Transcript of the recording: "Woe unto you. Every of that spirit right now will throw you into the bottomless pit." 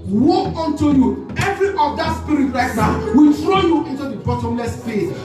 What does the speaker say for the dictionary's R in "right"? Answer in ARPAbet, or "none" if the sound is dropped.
L